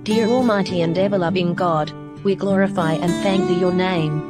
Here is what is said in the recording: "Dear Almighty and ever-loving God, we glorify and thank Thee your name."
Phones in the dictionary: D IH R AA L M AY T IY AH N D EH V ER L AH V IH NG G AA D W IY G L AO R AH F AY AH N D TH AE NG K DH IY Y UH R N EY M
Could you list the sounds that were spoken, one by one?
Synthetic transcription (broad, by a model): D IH R AA L M AY T IY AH N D EH V ER L AH V IH NG G AA D W IY G L AO R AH F AY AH N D TH AE NG K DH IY Y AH R N EY M